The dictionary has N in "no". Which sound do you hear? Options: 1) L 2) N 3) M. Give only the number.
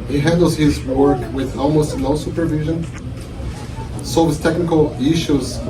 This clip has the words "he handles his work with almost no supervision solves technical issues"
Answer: 1